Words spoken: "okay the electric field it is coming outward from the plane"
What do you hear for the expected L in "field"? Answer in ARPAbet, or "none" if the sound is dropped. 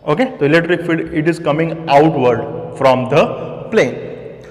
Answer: none